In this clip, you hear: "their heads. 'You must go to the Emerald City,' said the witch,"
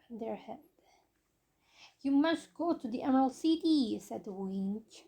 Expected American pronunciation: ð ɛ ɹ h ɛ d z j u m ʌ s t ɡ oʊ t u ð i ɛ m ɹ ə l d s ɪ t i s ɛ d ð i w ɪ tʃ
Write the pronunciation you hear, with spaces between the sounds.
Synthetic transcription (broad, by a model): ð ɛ ɹ h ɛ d j u m ʌ s t ɡ oʊ t u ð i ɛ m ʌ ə l s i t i s ɛ d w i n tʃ